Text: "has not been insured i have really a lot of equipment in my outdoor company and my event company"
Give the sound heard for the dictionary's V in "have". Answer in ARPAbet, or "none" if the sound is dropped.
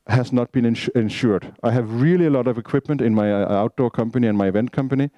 V